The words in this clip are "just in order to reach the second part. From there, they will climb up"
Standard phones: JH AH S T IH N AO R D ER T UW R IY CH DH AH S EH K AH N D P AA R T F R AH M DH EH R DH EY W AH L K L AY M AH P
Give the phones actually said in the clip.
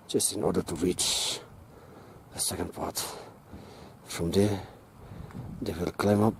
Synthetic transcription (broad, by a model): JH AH S T IH N AO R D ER T UW R IY CH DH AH S EH K AH N D P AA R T F R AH M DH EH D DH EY W AH L K L AY M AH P